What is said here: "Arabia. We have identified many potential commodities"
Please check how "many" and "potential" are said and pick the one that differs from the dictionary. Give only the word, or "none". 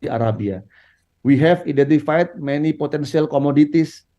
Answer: potential